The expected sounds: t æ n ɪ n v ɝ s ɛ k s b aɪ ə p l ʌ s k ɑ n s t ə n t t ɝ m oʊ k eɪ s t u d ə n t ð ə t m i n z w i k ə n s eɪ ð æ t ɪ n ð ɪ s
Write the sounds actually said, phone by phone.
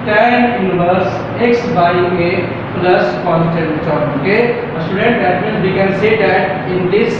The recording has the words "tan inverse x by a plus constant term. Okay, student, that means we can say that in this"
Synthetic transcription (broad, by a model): t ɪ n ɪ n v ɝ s ɛ k s b aɪ ə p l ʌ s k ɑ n t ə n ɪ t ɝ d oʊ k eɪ s t u d ə n t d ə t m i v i k ə n s eɪ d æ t ɪ n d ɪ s